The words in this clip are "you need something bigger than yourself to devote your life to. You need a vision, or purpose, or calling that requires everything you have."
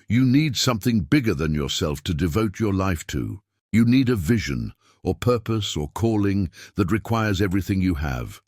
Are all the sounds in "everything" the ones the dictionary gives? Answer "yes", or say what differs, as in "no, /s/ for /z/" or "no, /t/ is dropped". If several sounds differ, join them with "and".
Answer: yes